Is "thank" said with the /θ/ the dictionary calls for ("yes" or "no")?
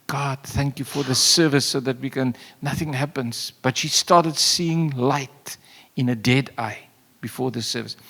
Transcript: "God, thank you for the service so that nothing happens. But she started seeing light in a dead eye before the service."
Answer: yes